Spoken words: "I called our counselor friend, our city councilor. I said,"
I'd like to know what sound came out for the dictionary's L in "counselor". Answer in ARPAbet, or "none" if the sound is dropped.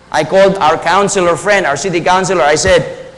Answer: L